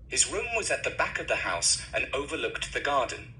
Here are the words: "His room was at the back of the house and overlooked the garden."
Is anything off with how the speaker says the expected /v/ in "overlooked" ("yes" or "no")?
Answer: no